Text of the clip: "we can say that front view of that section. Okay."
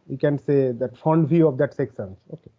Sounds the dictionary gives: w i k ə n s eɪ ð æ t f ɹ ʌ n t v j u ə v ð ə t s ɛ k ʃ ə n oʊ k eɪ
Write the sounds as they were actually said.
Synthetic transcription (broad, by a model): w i k ə n s eɪ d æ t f ʌ n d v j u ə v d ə t s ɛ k s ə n oʊ k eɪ